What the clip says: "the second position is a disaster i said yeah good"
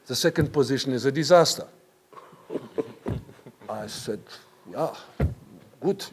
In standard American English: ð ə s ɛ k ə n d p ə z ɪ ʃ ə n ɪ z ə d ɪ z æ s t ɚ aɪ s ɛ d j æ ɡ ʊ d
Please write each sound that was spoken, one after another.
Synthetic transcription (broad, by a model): ð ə s ɛ k ə n d p ə z ɪ ʃ ə n ɪ z ə d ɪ z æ s t ɚ aɪ s ɛ d j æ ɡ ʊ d